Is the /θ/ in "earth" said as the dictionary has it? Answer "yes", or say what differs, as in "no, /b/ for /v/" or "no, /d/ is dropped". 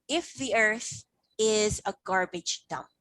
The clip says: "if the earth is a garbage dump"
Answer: yes